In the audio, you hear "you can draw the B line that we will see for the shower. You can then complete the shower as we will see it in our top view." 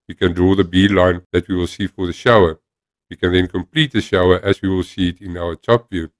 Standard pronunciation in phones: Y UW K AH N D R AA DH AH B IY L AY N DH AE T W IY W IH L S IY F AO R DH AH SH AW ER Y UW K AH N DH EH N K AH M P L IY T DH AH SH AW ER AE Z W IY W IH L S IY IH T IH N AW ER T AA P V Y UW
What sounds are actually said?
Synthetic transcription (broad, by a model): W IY K AH N D R AA DH AH B IY L AY N DH AE T W IY W IH L S IY F AO R DH AH SH AW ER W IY K AH N DH EH N K AH M P L IY T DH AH SH AW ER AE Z W IY W IH L S IY IH T IH N AW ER T AA P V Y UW